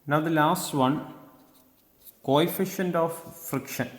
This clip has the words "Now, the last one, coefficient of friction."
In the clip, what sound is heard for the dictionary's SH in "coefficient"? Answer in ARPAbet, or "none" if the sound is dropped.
SH